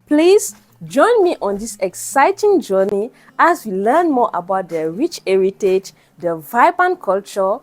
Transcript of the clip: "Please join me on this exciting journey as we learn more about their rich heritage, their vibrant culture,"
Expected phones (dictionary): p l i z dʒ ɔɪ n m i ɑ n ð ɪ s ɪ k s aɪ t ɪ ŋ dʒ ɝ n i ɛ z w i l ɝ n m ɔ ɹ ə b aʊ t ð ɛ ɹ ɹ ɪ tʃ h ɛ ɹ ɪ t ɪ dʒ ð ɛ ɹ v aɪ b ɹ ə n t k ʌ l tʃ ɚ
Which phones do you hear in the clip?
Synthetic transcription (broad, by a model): p l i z dʒ ɔɪ n m i ɑ n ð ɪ s ɪ k s aɪ t ɪ ŋ dʒ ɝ n i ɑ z w i l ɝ n m ɔ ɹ ə b aʊ t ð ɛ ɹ ɹ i tʃ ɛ ɹ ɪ t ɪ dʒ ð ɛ v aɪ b ə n k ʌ l tʃ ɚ